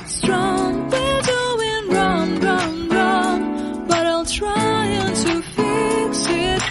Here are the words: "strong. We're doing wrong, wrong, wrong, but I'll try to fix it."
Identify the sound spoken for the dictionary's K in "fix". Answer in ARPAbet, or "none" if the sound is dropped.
none